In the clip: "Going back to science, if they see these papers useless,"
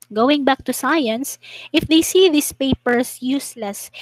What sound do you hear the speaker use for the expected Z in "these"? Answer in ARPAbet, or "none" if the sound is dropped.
S